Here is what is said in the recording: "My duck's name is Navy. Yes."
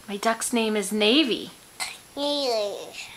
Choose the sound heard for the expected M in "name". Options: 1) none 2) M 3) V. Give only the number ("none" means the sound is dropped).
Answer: 2